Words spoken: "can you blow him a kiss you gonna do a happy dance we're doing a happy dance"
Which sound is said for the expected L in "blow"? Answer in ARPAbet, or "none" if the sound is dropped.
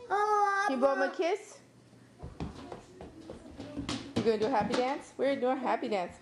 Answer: none